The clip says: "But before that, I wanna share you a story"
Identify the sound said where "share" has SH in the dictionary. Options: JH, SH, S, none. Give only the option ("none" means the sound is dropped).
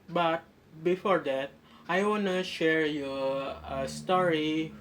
SH